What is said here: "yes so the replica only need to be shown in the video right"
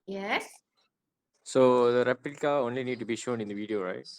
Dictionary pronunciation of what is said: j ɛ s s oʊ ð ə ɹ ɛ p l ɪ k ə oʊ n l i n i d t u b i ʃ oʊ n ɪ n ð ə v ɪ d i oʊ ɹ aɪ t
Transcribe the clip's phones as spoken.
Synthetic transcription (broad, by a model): j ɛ s s oʊ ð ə ɹ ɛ p ɪ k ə oʊ n l i n i d t u b i ʃ oʊ n ɪ n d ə v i d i oʊ ɹ aɪ t